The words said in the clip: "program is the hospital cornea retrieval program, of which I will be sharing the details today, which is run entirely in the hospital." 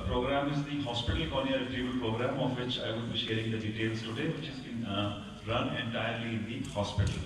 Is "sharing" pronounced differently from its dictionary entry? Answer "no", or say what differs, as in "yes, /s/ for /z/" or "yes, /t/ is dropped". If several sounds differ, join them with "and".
no